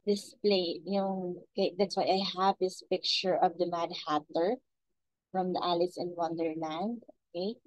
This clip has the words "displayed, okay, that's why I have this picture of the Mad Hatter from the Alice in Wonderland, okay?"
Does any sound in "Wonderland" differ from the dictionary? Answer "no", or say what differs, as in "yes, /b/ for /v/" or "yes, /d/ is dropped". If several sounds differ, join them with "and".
no